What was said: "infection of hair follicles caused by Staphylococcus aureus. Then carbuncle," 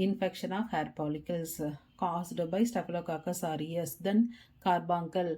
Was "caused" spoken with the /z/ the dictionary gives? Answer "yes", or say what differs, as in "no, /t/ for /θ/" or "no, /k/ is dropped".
no, /s/ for /z/